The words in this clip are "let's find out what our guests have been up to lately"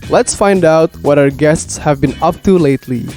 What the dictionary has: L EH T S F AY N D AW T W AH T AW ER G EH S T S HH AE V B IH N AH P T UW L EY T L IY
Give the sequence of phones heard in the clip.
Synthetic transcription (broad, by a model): L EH T S F AY N D AW T W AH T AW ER G EH S T S HH AE V B IH N AH P T UW L EY T L IY